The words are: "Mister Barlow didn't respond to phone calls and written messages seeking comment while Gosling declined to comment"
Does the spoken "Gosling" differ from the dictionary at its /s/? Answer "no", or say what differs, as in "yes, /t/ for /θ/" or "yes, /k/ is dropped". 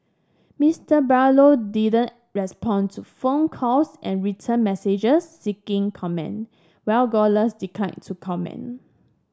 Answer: yes, /s/ is dropped